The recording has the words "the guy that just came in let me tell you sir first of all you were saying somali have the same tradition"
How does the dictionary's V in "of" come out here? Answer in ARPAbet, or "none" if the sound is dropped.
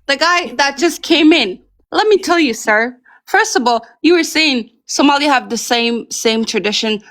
V